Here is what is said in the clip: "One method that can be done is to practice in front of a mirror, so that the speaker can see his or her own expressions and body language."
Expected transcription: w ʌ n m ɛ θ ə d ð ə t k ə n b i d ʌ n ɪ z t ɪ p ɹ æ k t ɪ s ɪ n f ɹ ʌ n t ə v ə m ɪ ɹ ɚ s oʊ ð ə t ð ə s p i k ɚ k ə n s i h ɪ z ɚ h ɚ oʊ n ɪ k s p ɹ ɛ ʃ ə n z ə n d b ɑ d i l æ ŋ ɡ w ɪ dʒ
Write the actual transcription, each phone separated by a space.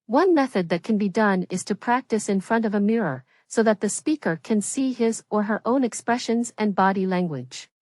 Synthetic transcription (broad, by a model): w ʌ n m ɛ θ ə d ð ə t k ə n b i d ʌ n ɪ z t ɪ p ɹ æ k t ɪ s ɪ n f ɹ ʌ n t ə v ə m ɪ ɹ ɚ s oʊ ð ə t ð ə s p i k ɚ k ə n s i ɪ z ɚ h ɚ oʊ n ɪ k s p ɹ ɛ ʃ ə n z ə n b ɑ d i l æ ŋ ɡ w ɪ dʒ